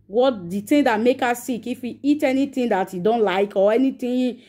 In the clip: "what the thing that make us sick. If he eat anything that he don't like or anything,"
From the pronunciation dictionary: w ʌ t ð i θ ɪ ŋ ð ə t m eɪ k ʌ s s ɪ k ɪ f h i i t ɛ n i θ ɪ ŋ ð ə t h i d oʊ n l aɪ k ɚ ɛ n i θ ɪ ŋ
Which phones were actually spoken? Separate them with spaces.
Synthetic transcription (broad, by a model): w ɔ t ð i t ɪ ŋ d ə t m eɪ k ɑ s s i k ɪ f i i t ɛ n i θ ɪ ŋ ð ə t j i d oʊ n l aɪ k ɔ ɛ n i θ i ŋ